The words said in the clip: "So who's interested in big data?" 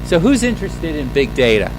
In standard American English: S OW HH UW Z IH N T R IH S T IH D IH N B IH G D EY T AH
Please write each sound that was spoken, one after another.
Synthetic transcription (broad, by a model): S OW HH UW Z IH N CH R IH S T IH D IH N B IH G D EY T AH